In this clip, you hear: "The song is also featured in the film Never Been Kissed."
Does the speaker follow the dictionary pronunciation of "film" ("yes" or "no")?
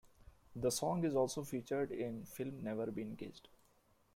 yes